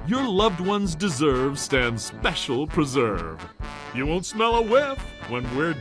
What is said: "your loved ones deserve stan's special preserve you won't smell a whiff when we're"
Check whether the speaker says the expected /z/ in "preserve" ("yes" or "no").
yes